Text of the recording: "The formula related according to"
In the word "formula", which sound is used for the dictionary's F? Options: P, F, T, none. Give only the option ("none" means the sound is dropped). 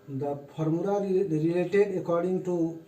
P